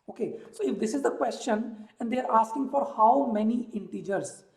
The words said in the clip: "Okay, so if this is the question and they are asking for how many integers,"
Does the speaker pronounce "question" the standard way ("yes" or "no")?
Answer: yes